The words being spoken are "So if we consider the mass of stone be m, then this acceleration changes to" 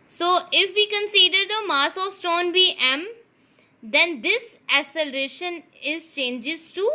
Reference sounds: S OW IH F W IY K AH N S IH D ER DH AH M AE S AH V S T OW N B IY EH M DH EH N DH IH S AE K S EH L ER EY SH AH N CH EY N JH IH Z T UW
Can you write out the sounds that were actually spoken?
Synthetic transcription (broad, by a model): S OW IH F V IY K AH N S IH D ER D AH M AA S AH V S T OW N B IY EH M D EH N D IH S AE S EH L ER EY SH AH N CH EY N JH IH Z T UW